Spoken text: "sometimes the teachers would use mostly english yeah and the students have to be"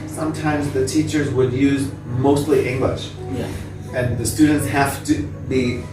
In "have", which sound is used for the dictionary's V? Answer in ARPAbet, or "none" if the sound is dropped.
F